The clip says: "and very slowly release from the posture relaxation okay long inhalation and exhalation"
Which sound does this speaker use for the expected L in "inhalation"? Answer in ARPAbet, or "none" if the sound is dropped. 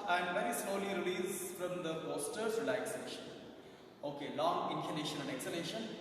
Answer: N